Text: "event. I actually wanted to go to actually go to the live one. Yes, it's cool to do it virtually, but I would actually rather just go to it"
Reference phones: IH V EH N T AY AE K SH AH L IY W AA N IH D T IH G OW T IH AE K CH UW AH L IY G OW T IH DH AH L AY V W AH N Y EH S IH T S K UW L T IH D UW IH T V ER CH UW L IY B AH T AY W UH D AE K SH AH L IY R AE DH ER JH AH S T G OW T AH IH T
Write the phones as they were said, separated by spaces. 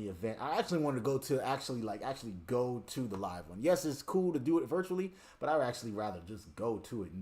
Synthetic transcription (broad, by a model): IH V EH N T AY AE K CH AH L IY W AA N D T IH G OW T IH AE K CH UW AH L IY G OW T IH DH AH L AY V W AH N Y EH S IH T S K UW L T IH D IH IH T V ER CH UW L IY B AH T AY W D AE K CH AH L IY R AE DH ER JH AH S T G OW T AH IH T